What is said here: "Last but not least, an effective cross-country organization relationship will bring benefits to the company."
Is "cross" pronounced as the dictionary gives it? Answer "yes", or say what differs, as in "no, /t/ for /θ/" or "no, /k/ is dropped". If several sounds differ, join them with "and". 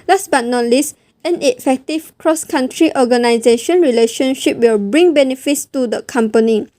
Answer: yes